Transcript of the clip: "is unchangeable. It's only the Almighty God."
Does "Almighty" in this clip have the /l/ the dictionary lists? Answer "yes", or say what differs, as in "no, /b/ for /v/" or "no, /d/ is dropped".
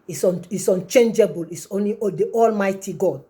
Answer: yes